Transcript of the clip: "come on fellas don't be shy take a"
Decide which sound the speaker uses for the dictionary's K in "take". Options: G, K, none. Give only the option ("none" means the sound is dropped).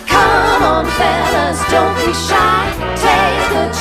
none